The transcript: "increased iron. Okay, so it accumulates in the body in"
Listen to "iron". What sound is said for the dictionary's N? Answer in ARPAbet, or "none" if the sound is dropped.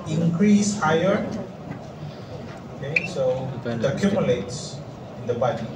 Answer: none